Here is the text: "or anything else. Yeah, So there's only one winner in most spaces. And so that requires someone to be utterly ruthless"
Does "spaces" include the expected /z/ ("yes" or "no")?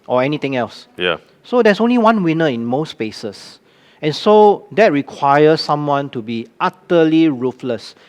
no